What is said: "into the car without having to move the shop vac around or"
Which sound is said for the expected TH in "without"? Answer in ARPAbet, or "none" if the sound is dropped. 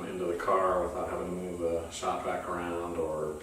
TH